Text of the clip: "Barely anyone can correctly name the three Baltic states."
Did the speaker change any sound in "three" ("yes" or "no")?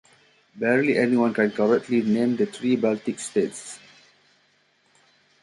yes